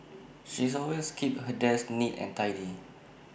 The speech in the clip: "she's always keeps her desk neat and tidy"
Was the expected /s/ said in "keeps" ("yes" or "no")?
no